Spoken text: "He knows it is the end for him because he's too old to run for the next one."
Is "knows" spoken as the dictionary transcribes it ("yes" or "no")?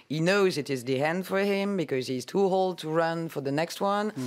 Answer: yes